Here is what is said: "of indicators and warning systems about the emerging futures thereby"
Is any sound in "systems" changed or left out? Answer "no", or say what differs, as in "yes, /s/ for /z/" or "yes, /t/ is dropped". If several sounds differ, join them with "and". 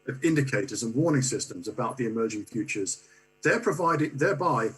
no